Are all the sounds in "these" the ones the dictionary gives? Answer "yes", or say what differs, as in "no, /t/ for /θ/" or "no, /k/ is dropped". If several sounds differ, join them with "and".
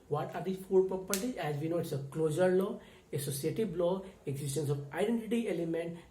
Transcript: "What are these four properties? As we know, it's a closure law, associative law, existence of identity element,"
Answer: no, /z/ is dropped